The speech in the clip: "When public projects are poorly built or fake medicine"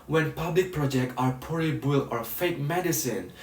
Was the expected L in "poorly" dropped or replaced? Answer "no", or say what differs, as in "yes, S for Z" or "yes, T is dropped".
yes, L is dropped